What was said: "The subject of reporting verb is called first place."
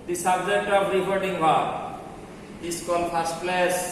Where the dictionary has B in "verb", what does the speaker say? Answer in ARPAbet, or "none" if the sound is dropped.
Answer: none